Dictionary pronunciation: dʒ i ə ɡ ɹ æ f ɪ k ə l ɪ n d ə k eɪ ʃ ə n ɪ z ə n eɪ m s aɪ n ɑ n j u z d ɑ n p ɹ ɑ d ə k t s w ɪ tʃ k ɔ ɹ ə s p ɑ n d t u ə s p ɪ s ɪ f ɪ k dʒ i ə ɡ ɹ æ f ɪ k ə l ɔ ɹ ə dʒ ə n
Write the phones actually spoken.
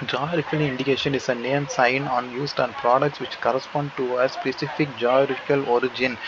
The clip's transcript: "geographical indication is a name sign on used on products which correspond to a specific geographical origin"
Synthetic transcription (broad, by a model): dʒ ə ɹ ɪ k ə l ɪ n d ə k eɪ ʃ ə n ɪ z ə n eɪ m s aɪ n ɑ n j u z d ɑ n p ɹ ɑ d ə k t s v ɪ tʃ k ɔ ɹ ə s p ɑ n d t u ə s p ɪ s ɪ f ɪ k dʒ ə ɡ ɹ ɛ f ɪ k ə l ɔ ɹ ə dʒ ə n